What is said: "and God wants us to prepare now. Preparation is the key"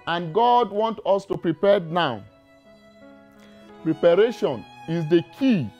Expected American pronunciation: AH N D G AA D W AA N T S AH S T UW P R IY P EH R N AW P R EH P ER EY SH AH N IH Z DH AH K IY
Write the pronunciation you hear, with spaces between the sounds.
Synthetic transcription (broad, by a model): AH N G AA D W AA N T AO S T UW P R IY P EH N AW P R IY P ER EY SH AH N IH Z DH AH K IY